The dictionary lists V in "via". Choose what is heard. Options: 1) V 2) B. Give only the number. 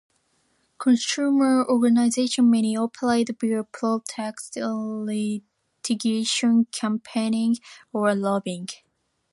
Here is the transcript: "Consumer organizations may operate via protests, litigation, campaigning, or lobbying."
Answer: 2